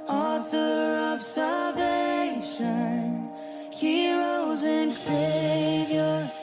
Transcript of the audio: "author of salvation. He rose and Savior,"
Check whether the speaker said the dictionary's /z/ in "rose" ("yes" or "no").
yes